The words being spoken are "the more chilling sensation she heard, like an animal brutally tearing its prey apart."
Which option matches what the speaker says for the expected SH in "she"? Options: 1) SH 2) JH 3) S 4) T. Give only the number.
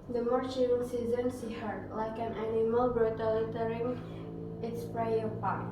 3